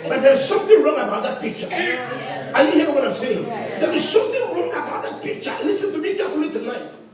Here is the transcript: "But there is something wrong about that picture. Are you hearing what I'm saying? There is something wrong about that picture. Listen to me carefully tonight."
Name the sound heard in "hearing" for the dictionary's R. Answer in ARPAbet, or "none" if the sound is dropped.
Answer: none